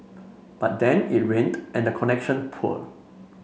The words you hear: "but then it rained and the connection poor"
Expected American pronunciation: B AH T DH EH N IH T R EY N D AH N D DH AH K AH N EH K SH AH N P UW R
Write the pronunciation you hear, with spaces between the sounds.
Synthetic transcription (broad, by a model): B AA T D EH N IH T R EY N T AH N D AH K AH N EH K SH AH N P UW L